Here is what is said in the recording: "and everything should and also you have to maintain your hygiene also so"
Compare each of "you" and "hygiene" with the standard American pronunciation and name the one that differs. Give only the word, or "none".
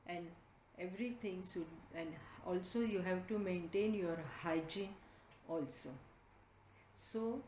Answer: none